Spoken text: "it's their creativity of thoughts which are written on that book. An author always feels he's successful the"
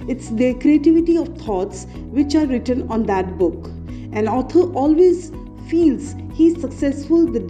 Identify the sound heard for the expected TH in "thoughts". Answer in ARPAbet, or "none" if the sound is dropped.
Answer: T